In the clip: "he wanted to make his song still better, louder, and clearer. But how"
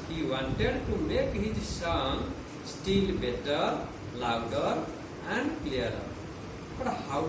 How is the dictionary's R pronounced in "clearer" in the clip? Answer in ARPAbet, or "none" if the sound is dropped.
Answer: none